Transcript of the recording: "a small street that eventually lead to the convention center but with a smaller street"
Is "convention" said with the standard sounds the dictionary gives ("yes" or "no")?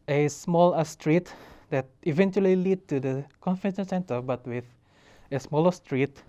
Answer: no